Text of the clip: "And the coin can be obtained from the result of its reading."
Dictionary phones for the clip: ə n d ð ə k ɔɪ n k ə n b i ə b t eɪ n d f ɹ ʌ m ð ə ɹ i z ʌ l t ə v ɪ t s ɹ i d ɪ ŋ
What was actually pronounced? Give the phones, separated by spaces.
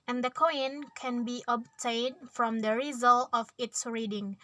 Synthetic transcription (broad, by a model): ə n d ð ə k ɔɪ n k ə n b i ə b t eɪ n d f ɹ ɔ m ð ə ɹ i z ʌ l t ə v ɪ t s ɹ i d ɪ ŋ